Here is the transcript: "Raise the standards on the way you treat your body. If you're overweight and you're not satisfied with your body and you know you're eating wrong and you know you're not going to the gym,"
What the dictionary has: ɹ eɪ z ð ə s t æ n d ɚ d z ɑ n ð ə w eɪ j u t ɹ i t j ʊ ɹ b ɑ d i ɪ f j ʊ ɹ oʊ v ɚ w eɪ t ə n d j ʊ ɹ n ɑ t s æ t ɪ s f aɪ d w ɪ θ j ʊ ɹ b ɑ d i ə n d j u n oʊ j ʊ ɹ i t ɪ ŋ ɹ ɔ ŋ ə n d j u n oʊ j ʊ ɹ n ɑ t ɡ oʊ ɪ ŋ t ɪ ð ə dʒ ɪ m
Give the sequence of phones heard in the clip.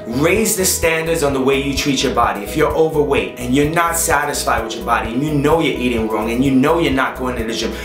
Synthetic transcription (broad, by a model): ɹ eɪ z ð ə s t æ n d ɚ d z n ð ə w eɪ j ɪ t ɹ i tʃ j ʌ ɹ b ɑ d i ɪ f j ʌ ɹ oʊ v ɚ w eɪ t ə n j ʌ ɹ n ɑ t s æ t ɪ s f aɪ d w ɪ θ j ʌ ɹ b ɑ d i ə n j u n oʊ j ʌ ɹ i t ɪ ŋ ɹ ɔ ŋ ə n j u n oʊ j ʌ ɹ n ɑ t ɡ oʊ ɪ ŋ t ɪ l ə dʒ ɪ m